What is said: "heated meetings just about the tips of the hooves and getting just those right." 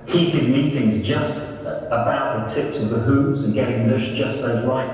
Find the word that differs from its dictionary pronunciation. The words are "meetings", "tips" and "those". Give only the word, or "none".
none